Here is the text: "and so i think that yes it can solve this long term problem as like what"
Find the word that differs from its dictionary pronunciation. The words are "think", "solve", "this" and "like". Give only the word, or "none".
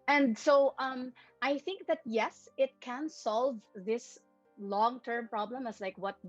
none